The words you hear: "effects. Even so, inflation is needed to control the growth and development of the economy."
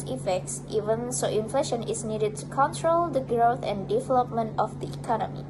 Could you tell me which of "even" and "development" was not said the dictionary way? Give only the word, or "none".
none